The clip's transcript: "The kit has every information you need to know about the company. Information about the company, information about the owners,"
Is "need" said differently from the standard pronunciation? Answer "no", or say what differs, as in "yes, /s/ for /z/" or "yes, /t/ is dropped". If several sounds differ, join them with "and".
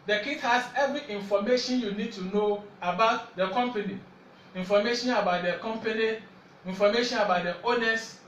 no